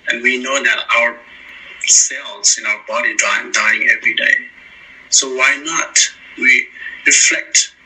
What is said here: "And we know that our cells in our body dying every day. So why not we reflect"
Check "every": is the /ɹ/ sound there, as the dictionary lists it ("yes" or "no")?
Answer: yes